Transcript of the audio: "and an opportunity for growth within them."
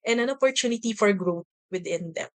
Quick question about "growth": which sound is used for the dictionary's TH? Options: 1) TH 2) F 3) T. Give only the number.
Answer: 3